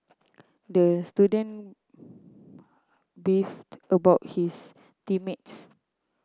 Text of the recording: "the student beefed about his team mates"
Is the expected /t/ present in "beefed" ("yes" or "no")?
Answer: yes